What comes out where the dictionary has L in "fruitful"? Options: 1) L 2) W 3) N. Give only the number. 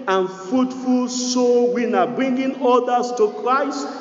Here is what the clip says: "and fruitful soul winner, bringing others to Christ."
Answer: 1